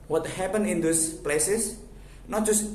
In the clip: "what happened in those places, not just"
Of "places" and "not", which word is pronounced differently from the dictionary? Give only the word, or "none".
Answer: places